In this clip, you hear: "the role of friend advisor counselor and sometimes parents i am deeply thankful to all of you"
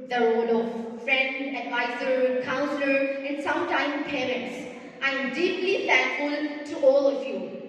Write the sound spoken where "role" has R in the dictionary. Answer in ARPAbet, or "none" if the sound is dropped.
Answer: W